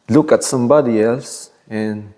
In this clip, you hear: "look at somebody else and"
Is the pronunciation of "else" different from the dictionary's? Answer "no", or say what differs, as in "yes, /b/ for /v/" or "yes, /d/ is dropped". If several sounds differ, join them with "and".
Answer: yes, /l/ is dropped